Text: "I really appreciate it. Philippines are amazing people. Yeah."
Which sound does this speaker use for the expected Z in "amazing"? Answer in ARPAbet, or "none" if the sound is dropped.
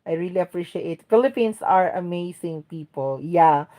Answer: S